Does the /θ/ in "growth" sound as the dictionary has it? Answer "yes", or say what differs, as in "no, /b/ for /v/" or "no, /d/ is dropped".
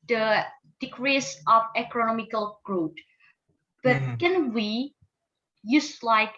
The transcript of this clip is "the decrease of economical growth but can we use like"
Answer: no, /t/ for /θ/